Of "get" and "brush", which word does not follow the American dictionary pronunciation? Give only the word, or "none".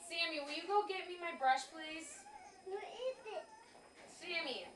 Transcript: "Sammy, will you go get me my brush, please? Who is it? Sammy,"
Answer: none